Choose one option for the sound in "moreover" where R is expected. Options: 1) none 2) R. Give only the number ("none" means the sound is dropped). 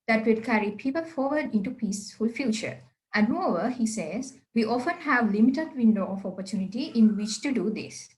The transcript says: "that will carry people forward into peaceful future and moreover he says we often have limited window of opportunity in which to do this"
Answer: 1